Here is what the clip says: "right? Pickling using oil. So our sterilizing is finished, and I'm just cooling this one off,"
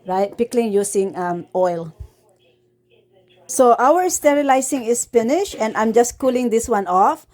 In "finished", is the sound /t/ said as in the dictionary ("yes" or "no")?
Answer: no